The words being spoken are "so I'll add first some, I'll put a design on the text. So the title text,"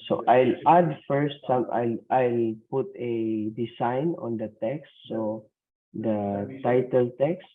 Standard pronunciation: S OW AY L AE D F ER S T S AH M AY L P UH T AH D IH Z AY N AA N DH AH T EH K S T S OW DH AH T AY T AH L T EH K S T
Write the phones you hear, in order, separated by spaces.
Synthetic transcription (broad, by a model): S OW AY L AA D F ER S T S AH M AY L P UH T AH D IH S AY N AA N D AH T EH K S T S OW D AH T AY T AH L T EH K S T